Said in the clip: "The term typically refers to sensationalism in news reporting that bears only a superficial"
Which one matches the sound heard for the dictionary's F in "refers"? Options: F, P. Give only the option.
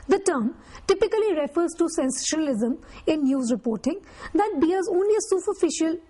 F